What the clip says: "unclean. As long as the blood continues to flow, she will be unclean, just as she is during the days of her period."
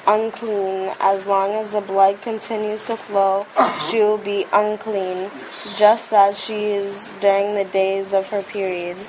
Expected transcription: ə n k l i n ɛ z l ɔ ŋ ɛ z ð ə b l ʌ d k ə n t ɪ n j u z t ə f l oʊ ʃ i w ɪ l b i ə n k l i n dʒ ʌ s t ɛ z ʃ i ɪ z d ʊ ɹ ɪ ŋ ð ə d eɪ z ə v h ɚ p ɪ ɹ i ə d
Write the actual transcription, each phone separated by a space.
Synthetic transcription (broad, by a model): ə n k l i n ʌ z l ɔ ŋ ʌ z ð ə b l ʌ d k ə n t ɪ n j u z t ə f l oʊ ʃ i w ɪ l b i ə n k l i n dʒ ʌ s t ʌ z ʃ i ɪ z d ʊ ɹ ɪ ŋ ð ə d eɪ z ə v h ɚ p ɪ ɹ i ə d